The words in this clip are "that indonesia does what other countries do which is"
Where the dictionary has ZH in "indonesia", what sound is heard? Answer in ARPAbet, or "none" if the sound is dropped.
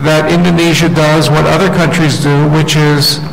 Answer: ZH